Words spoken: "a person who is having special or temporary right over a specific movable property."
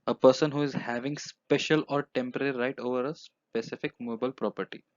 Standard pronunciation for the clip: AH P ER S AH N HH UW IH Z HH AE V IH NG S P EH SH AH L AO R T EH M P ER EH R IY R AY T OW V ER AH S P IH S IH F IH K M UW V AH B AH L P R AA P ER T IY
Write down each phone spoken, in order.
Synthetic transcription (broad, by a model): AH P ER S AH N HH UW IH Z HH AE V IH NG S P EH SH AH L AO R T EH M P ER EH R IY R AY T OW V ER AH S P IH S IH F IH K M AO B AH AH L P R AA P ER T IY